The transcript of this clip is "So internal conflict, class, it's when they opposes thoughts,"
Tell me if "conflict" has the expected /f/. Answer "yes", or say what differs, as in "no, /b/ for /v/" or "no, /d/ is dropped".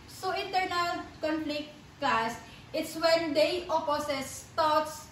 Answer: no, /p/ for /f/